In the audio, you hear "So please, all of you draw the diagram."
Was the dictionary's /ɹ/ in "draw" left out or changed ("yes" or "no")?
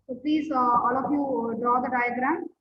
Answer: yes